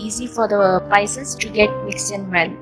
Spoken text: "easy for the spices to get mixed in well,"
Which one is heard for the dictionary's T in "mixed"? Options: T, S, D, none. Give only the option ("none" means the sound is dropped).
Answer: none